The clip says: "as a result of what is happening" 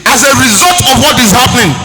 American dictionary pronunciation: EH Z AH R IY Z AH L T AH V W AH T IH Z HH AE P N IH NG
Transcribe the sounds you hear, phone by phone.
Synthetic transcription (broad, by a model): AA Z AH R IY Z AH L T AH V W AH T IH Z HH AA P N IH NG